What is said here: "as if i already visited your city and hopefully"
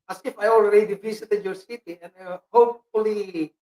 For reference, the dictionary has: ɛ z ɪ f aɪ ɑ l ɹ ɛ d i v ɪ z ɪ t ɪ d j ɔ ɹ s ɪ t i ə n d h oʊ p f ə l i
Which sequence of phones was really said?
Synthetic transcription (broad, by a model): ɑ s ɪ f aɪ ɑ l ɹ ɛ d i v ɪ s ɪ t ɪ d j ɔ ɹ s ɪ t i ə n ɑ h oʊ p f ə l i